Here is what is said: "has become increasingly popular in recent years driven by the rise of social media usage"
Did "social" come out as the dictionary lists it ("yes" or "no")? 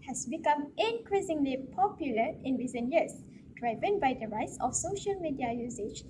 yes